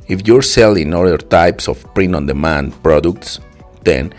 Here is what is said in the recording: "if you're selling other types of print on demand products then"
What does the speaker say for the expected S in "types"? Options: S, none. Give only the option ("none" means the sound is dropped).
S